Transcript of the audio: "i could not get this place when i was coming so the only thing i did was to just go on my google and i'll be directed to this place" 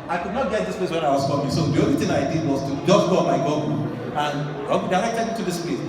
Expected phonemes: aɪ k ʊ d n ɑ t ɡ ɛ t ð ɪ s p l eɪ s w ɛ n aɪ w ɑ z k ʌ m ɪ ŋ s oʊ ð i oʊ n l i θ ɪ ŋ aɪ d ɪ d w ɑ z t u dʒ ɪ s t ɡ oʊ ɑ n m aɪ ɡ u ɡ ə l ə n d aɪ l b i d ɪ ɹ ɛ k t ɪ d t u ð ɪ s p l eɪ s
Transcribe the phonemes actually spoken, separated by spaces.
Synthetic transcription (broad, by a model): aɪ k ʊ d n ɑ t ɡ ɛ t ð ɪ s p l eɪ s w ɛ n aɪ w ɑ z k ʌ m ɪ s oʊ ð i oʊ l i t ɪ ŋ aɪ d ɪ d w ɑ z t u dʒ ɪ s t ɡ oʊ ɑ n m aɪ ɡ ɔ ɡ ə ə n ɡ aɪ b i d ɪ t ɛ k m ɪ t u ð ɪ s p l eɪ s